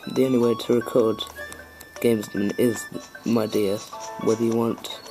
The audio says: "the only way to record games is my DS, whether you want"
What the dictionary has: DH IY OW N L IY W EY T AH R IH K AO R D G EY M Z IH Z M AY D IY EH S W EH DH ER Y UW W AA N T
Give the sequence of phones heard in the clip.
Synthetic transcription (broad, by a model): DH IY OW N IY W EY T AH R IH K AO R D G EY M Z IH Z M AY D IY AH W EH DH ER Y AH W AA N T